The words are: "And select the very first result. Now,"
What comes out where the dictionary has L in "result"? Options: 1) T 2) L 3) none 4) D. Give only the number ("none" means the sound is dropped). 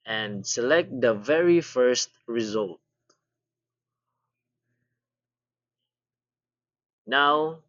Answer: 2